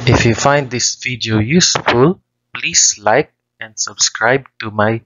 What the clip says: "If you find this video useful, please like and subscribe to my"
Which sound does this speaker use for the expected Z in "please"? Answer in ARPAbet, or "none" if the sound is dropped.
S